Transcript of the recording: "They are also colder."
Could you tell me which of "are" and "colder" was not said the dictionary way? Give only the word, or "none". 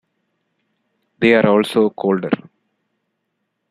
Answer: none